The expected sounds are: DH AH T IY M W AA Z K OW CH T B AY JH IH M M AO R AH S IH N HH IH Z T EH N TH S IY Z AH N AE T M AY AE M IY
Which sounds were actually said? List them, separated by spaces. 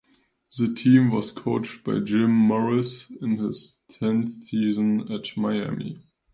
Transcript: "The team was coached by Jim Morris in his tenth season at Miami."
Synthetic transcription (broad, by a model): DH AH T IY M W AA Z K OW CH T B AY JH IH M M AO R AH S IH N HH IH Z T EH N TH S IY Z AH N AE T M AY AE M IY